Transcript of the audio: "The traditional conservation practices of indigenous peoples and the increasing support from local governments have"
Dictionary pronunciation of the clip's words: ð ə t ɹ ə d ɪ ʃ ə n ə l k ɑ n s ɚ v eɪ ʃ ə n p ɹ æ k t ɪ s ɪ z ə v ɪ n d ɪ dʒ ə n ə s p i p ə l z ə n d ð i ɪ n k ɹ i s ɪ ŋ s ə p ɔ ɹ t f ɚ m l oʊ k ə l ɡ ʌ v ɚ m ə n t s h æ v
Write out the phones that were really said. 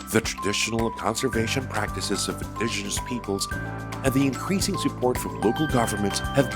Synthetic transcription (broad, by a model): ð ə t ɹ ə d ɪ ʃ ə n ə k ɑ n s ɚ v eɪ ʃ ə n p ɹ æ k t ɪ s ɪ z ə v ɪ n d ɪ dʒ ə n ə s p i p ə l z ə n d ð i ɪ n k ɹ i s ɪ ŋ s ə p ɔ ɹ t f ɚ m l oʊ k l ɡ ʌ v ɚ m ə n t s h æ v